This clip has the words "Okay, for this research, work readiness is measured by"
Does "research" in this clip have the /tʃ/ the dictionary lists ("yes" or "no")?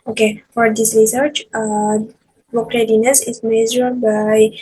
yes